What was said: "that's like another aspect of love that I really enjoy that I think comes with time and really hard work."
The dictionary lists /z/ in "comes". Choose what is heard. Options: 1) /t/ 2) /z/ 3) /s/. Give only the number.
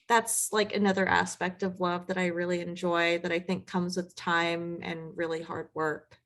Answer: 2